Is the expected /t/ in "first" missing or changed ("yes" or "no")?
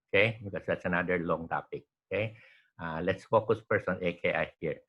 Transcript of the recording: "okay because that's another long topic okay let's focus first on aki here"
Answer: yes